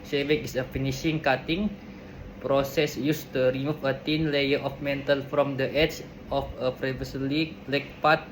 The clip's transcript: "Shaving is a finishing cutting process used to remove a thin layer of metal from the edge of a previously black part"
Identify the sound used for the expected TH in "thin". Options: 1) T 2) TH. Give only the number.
1